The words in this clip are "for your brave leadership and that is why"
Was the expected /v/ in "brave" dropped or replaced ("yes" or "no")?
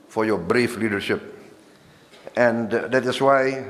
yes